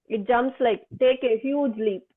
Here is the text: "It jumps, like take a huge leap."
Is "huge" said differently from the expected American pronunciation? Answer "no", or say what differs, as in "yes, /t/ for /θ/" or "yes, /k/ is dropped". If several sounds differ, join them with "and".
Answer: no